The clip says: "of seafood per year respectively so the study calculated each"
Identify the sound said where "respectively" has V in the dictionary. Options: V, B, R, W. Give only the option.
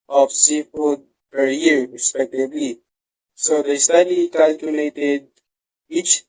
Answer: B